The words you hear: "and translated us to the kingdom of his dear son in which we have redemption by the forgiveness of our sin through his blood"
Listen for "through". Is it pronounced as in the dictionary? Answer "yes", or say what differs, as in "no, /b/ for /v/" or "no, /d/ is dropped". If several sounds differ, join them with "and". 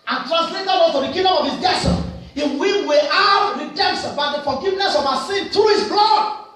no, /t/ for /θ/